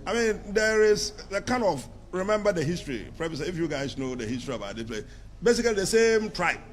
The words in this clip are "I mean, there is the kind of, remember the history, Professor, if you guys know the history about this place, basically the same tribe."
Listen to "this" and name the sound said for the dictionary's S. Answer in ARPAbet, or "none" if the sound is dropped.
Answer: none